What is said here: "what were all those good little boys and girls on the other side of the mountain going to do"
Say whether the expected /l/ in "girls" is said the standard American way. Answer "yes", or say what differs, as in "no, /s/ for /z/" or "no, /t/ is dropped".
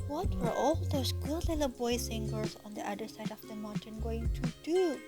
no, /l/ is dropped